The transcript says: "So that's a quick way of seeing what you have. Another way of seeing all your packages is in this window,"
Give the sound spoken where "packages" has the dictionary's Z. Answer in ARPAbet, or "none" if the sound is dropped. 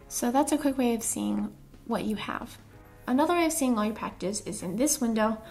S